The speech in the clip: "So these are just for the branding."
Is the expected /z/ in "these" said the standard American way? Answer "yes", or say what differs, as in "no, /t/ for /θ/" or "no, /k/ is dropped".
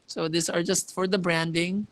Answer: no, /s/ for /z/